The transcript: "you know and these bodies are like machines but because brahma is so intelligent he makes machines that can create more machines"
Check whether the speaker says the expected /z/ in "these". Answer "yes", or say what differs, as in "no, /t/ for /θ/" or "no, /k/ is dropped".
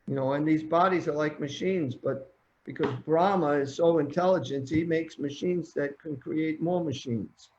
yes